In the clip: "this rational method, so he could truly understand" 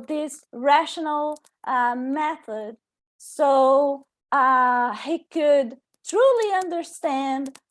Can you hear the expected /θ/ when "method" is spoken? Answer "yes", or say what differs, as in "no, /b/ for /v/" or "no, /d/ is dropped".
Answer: yes